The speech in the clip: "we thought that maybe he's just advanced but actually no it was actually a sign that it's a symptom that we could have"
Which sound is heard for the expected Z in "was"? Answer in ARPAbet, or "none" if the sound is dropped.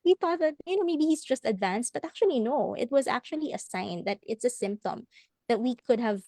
Z